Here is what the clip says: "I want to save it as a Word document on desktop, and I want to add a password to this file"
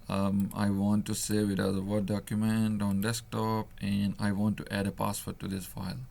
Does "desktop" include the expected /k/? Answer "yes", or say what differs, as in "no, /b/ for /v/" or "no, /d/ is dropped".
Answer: yes